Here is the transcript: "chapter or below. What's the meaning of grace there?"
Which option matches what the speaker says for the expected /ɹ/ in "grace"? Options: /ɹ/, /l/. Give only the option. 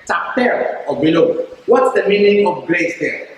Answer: /l/